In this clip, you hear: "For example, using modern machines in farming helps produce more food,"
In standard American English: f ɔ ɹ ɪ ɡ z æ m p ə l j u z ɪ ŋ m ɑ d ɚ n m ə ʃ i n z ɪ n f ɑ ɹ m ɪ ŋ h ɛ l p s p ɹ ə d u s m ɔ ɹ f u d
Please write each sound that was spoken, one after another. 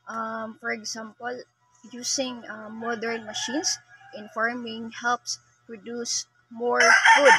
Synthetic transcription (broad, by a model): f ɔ ɹ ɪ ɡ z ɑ m p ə l j u s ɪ ŋ m ɑ d ɚ n m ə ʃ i n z ɪ n f ɑ ɹ m ɪ ŋ h ɛ l p s p ɹ ə d u s m ɔ ɹ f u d